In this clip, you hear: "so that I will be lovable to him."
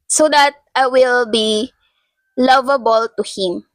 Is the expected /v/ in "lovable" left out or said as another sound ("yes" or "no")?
no